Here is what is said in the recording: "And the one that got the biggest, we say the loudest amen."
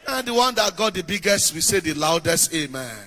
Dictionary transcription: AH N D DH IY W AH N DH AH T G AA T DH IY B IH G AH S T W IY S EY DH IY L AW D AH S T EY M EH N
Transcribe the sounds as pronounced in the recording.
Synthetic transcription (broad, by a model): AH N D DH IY W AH N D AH T G AA T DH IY B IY G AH S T W IY S EY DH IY L AW D AH S T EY M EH N